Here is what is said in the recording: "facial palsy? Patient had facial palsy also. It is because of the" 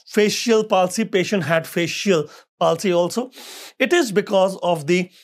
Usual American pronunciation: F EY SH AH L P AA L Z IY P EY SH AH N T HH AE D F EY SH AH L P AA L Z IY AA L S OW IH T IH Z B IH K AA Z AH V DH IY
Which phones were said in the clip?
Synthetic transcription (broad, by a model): F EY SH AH L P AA L S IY P EY SH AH N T HH AE D F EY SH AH L P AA L S IY AA L S OW IH T IH Z B IH K AA Z AH V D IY